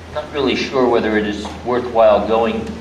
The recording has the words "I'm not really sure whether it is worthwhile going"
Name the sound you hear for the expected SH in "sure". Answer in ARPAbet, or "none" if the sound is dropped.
SH